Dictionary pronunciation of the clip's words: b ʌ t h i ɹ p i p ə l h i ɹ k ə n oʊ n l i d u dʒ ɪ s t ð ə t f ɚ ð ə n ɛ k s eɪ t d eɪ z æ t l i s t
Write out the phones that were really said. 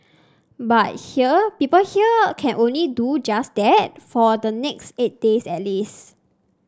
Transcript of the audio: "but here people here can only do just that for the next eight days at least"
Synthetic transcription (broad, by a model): b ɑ t h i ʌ p i p ə l h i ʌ k ə n oʊ n l i d u dʒ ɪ s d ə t f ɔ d ə n ɛ k s eɪ t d eɪ s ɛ t l i s